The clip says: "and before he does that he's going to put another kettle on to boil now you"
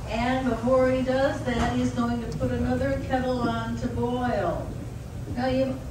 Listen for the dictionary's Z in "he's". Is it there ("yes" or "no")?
yes